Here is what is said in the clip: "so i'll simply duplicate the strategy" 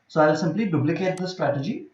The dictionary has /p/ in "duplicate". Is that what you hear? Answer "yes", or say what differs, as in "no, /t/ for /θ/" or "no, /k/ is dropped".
no, /b/ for /p/